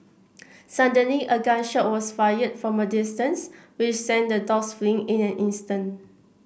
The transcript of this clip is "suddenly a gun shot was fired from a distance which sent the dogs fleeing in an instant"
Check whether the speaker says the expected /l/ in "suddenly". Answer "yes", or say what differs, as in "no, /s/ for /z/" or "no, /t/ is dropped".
no, /l/ is dropped